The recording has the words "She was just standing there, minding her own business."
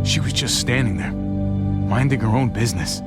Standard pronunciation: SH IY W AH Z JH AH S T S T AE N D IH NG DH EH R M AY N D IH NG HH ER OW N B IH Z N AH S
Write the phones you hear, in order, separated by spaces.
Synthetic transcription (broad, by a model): SH IY W AH Z JH AH S T S T AE N D IH NG DH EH R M AY N D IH NG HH ER OW N B IH Z N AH S